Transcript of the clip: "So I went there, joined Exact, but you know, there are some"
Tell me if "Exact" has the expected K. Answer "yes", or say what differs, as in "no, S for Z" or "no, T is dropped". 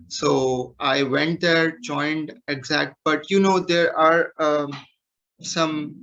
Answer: yes